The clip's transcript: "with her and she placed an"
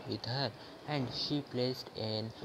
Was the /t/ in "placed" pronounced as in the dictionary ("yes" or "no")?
yes